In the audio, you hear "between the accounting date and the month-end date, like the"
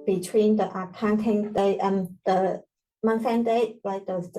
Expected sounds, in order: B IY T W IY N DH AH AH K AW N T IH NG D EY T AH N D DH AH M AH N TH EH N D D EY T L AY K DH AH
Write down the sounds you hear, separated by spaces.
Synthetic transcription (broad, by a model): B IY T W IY N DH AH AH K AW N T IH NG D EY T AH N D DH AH M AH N S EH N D D EY T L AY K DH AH